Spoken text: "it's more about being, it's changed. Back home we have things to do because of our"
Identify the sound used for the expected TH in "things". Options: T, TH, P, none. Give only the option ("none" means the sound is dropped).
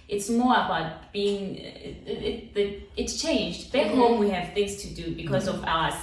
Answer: TH